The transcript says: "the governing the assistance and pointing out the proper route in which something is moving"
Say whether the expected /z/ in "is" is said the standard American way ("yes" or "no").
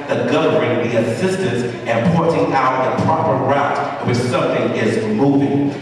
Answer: yes